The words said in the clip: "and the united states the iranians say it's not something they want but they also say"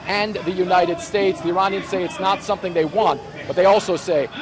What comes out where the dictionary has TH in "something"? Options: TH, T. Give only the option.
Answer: TH